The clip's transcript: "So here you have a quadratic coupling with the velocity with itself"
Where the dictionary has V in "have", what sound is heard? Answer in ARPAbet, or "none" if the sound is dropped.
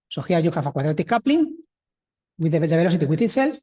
F